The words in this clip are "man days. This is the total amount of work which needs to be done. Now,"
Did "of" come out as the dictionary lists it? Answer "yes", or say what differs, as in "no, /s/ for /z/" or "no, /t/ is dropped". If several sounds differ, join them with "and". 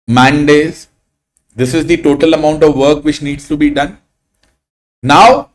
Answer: yes